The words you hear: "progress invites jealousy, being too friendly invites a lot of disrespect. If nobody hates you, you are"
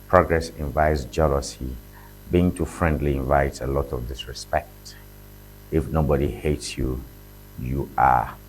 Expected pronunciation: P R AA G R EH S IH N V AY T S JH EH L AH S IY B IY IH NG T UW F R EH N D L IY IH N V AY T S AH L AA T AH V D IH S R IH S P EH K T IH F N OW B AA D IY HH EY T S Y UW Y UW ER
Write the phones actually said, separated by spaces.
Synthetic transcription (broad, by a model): P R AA G R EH S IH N V AY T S JH EH L AH S IY B IY IH NG T UW F R EH N D L IY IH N V AY T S AH L AA T AH V D IH S R IH S P EH K T IH F N OW B AA D IY HH EY T S Y UW Y UW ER